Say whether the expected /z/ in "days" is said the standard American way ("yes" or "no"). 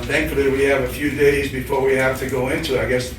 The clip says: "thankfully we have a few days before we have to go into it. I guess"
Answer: yes